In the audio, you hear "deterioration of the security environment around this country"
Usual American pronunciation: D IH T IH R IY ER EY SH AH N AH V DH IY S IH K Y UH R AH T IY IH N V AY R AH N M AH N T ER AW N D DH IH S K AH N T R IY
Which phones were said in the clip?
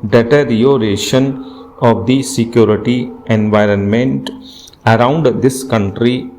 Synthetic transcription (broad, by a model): D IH T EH R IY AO EY SH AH N AH V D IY S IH K Y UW R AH T IY IH N V AY R AH N M AH N T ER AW N D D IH S K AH N T R IY